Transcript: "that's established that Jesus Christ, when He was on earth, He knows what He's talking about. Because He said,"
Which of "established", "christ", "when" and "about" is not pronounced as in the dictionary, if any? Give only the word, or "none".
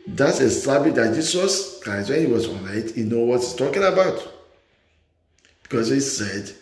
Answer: established